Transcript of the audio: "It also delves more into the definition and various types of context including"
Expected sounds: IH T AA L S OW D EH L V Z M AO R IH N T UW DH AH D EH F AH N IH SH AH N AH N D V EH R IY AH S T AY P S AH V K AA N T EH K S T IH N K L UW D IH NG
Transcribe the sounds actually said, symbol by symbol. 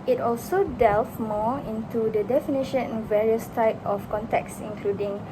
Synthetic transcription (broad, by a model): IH T AA L S OW D EH L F M AO IH N T UW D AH D EH F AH N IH SH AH N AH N V EH R IY AH S T AY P AH F K AA N T EH K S IH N K L UW D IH NG